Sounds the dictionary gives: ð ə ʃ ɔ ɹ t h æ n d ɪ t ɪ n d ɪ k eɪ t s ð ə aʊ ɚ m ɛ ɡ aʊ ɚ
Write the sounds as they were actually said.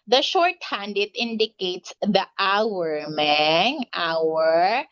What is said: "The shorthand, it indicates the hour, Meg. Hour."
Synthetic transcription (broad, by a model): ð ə ʃ ɔ ɹ t h æ n d ɪ t ɪ n d ɪ k eɪ t s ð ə aʊ ɚ m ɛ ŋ aʊ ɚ